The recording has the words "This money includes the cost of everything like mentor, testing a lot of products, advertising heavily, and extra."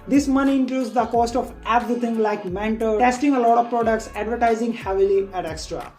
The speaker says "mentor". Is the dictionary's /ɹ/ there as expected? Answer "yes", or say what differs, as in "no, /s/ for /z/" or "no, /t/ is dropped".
no, /l/ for /ɹ/